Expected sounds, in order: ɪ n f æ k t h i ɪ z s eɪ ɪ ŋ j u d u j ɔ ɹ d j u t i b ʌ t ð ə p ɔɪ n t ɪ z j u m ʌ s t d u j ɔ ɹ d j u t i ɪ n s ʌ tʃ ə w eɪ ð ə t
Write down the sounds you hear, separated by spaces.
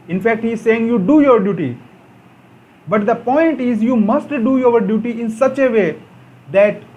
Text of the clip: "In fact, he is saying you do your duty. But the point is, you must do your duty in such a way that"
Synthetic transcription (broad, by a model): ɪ n f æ k t h i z s eɪ ɪ ŋ j u d u j ɔ ɹ d j u t i b ʌ t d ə p ɔɪ n t ɪ z j u m ʌ s t d u j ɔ ɹ d j u t i ɪ n s ʌ tʃ ə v eɪ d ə t